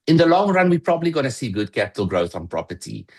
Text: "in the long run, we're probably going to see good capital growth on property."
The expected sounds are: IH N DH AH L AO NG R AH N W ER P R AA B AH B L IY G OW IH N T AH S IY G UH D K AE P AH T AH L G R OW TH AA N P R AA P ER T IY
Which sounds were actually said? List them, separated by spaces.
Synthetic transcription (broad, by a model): IH N DH AH L AO NG R AH N W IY P R AA B AH B L IY G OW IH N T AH S IY G UH D K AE P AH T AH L G R OW TH N P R AA P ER T IY